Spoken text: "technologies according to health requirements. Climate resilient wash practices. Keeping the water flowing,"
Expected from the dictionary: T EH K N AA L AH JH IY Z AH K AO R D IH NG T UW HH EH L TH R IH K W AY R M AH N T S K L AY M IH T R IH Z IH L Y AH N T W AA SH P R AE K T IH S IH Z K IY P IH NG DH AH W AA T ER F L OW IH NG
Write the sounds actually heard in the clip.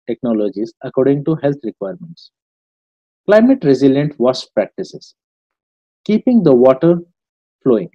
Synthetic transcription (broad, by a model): T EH K N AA L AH JH IY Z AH K AO R D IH NG T UW HH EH L T R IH K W AY R M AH N T S K L AY M IH T R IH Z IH L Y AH N T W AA S P R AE K T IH S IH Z K IY P IH NG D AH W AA T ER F L OW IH NG